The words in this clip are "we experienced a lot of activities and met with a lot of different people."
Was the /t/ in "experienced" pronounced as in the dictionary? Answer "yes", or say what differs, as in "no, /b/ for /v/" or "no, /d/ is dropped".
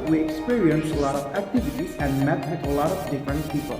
no, /t/ is dropped